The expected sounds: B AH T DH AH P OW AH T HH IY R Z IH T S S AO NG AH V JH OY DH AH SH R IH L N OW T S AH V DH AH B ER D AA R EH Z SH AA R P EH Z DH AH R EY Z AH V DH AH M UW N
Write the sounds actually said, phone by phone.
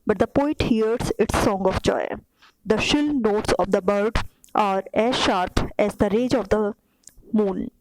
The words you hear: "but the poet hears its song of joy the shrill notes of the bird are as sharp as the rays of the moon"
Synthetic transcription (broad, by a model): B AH T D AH P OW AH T HH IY R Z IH T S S AO NG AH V JH OY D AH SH IH L N OW T S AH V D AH B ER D AA R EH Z SH AA R P EH Z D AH R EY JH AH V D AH M UW N